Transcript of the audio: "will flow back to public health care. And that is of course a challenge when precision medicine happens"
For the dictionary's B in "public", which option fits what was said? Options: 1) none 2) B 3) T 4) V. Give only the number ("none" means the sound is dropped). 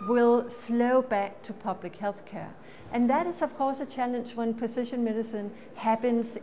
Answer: 2